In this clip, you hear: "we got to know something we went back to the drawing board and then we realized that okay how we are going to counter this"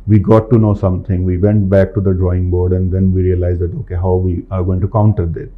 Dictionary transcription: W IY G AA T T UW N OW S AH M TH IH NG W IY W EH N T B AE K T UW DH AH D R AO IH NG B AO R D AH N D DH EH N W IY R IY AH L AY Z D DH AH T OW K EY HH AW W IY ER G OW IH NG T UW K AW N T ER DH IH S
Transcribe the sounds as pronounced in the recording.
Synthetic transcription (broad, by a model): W IY G AA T T UW N OW S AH M T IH NG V IY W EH N T B AE K T UW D AH D R AO IH NG B AO R D AH N D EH N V IY R IY AH L AY Z D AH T OW K EY HH AW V IY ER G OW IH NG T UW K AW N T ER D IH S